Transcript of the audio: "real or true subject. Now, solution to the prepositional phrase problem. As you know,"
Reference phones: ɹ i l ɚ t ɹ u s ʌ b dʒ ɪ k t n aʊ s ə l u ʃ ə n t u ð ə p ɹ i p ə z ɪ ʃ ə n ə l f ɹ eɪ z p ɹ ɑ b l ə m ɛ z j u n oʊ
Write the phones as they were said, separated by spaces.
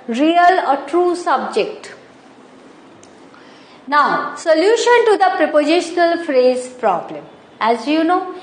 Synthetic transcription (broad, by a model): ɹ i l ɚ t ɹ u s ʌ b dʒ ɪ k t n aʊ s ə l u ʃ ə n t u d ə p ɹ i p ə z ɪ ʃ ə n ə l f ɹ eɪ z p ɹ ɑ b l ə m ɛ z j u n oʊ